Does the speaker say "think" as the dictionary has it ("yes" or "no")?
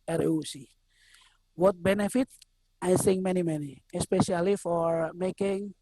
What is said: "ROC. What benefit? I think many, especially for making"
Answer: no